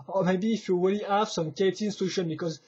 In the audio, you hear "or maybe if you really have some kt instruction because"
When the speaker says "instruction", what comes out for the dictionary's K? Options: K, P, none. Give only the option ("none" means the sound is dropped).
none